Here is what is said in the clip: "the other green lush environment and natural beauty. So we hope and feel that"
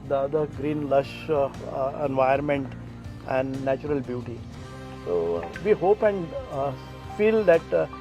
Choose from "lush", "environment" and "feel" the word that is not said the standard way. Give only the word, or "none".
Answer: environment